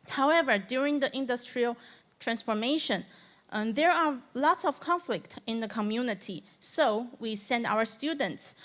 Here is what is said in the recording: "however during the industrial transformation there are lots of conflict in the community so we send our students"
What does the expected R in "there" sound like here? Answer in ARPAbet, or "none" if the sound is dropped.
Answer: R